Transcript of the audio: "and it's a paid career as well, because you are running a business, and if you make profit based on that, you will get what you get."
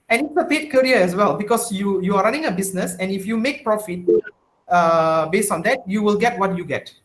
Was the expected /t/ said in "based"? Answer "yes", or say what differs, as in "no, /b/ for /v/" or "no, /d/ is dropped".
yes